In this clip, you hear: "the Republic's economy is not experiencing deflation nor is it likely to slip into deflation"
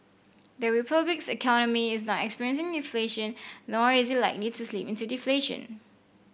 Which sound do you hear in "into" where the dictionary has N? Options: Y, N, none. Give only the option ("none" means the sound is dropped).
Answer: N